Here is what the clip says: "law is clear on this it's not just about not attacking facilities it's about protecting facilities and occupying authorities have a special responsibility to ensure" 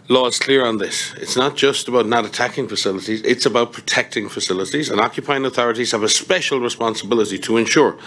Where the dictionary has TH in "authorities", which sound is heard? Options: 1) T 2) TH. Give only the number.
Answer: 2